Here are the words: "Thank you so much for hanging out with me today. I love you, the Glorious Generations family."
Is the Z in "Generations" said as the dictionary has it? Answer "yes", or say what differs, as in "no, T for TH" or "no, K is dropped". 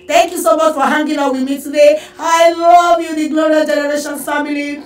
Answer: no, Z is dropped